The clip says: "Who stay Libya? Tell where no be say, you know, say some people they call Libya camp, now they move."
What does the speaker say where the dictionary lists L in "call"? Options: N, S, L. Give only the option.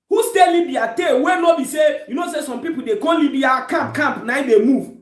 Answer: N